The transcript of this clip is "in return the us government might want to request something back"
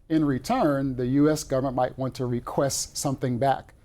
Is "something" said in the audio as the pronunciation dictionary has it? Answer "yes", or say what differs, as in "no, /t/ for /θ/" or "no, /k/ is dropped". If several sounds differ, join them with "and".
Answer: yes